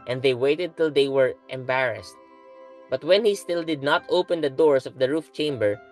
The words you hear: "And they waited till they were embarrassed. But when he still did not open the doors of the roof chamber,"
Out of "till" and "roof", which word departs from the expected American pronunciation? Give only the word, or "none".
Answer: none